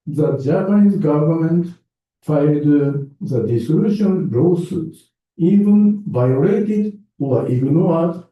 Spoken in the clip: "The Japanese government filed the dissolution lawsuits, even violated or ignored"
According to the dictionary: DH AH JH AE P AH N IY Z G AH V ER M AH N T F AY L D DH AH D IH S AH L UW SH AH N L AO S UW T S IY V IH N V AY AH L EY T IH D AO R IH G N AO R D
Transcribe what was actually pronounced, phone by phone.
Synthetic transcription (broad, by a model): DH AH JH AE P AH N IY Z G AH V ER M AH N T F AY D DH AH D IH S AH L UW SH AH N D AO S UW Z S IY V IH N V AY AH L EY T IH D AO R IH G N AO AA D